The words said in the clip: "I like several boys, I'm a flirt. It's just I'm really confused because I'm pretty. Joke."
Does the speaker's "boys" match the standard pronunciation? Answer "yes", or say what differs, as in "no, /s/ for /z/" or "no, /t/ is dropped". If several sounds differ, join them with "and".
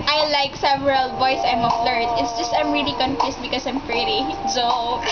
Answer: no, /s/ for /z/